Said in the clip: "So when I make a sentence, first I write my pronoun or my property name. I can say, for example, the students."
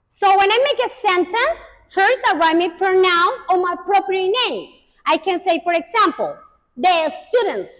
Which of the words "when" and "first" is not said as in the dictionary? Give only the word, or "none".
first